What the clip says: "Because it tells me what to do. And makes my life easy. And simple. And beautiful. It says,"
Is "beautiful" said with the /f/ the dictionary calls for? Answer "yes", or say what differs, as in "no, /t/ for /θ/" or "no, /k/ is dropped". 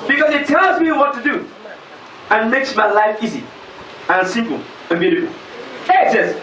no, /f/ is dropped